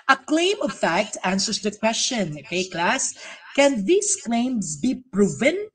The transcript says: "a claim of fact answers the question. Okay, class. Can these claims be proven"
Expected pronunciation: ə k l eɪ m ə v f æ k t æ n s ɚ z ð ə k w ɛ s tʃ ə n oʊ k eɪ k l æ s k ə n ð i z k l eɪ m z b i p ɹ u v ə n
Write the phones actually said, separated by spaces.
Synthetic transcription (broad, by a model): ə k l eɪ m ə v f æ k t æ n s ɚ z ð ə k w ɛ s tʃ ə n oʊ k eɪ k l æ s k ə n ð i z k l eɪ m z b i p ɹ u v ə n